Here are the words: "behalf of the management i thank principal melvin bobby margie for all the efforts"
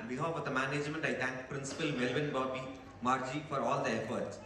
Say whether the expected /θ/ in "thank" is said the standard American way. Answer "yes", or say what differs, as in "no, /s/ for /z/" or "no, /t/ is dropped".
no, /t/ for /θ/